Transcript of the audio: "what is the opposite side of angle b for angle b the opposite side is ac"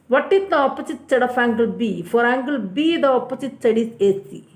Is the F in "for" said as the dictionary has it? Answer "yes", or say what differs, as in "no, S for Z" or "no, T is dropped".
yes